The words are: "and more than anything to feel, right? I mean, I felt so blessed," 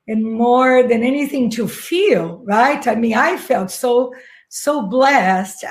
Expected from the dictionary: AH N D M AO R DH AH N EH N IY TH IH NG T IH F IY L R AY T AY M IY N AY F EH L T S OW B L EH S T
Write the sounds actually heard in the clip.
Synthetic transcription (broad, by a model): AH N M AO R DH AH N EH N IY TH IH NG T IH F IY L R AY T AY M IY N AY F EH L T S OW B L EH S T